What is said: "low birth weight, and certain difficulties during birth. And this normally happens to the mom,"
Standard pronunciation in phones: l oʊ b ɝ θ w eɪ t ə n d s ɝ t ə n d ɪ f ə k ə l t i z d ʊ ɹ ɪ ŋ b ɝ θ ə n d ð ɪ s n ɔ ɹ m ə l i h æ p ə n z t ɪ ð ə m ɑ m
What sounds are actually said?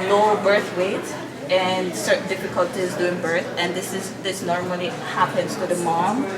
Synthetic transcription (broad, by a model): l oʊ b ɝ θ w eɪ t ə n s ɝ t n d ɪ f ə k ə l t i z d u ɪ ŋ b ɝ θ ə n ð ð ɪ s n ɔ ɹ m ə l i h æ p ə n z t ɪ ð ə m ɑ m